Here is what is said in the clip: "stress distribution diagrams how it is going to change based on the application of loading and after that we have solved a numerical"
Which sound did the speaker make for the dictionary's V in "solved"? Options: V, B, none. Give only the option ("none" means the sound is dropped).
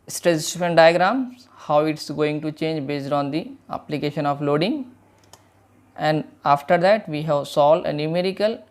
none